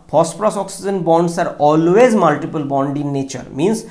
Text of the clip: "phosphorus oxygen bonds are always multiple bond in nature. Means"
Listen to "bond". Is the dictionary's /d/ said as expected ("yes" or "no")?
yes